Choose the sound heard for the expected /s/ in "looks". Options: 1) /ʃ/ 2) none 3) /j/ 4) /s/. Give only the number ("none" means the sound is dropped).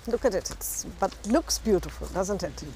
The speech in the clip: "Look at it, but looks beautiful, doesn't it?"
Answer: 4